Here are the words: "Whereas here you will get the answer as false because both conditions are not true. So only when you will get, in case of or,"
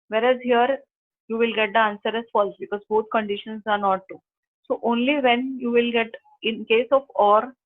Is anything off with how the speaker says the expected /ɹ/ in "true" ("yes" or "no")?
yes